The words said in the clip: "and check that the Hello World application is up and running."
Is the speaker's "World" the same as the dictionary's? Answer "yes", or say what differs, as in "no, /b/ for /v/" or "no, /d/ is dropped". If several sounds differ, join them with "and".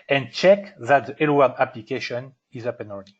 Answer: no, /l/ is dropped